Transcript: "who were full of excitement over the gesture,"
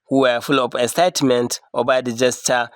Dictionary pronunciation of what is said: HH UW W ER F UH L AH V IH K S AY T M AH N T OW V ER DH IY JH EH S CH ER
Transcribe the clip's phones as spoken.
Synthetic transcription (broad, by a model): HH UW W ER F UH L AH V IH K S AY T M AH N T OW B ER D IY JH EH S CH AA